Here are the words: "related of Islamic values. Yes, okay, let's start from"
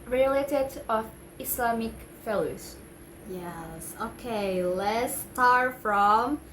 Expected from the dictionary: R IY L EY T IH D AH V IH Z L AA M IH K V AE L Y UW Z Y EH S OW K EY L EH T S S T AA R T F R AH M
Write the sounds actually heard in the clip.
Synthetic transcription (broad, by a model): R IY L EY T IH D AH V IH S L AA M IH K F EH L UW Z Y EH S OW K EY L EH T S S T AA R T F R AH M